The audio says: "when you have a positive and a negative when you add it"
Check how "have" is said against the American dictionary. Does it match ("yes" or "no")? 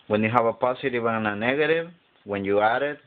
no